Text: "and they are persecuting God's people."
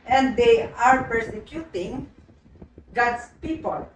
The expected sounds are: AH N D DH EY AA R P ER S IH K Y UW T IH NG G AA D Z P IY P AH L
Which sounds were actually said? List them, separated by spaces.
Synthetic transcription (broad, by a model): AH N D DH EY AA R P ER S IH K Y UW T IH NG G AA D S P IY P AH L